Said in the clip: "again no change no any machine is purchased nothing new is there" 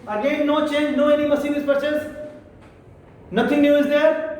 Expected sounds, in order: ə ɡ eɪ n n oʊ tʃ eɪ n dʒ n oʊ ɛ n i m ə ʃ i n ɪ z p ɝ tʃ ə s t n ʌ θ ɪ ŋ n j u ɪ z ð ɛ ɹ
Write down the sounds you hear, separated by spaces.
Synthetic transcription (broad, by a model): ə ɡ eɪ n n oʊ tʃ eɪ n dʒ n oʊ ɛ n i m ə s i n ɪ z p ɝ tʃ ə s n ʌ t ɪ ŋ n j u ɪ z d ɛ ɹ